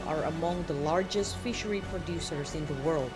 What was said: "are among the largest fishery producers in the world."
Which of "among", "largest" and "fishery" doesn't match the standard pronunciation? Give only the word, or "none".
none